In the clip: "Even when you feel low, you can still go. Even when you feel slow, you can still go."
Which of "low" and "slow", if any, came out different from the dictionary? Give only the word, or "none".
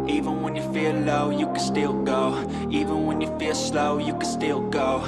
none